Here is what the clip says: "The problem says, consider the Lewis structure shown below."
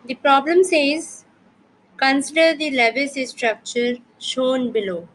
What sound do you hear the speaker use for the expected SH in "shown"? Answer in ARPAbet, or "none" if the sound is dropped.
SH